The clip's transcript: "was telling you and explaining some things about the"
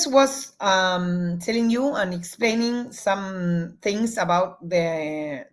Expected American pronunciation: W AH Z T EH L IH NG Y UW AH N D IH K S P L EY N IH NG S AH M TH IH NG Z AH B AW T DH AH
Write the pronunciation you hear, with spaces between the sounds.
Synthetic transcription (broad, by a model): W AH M T EH L IH NG Y UW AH N IH K S P L EY N IH NG S AH M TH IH NG S AH B AW T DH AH